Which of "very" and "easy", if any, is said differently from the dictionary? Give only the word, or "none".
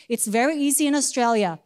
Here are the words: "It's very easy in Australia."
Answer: none